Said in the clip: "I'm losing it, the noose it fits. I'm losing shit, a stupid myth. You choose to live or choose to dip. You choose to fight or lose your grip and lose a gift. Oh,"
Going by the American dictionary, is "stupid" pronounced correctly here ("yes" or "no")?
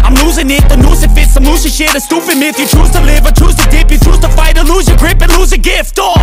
no